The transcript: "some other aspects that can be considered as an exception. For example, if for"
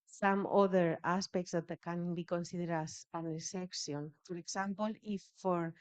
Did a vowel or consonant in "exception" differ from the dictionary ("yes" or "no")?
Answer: yes